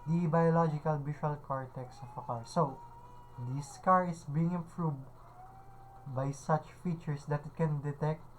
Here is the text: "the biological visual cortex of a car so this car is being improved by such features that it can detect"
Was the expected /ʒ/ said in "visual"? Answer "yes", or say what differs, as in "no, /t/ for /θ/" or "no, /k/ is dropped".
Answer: no, /ʃ/ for /ʒ/